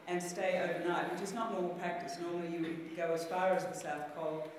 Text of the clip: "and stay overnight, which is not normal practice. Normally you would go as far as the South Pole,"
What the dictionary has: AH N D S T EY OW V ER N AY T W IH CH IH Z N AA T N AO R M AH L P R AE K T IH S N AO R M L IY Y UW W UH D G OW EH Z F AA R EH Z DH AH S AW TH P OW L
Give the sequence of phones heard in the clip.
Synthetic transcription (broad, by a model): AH N S T EY OW V ER N AY T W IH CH IH Z N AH T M AO R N P R AE K T IH S N AO R M L IY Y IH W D G OW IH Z F AA R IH Z DH AH S AW TH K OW L